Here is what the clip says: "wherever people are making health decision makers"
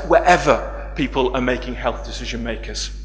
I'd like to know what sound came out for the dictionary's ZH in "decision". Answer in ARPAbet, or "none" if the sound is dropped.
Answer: ZH